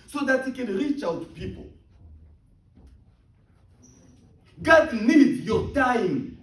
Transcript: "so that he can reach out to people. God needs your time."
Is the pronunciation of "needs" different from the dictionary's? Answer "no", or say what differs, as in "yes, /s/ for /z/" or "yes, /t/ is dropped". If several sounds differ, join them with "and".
yes, /z/ is dropped